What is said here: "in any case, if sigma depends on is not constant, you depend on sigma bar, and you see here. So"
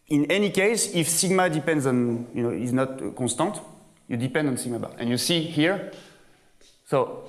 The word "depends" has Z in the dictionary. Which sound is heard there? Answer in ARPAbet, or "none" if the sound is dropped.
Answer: Z